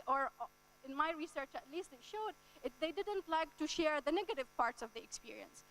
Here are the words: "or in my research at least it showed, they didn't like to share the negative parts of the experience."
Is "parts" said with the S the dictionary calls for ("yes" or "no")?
yes